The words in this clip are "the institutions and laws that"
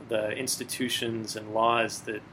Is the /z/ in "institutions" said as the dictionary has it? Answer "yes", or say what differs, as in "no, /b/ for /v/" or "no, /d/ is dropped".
yes